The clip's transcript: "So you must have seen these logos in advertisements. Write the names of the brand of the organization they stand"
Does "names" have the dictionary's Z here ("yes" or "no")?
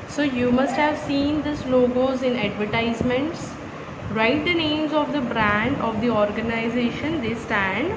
yes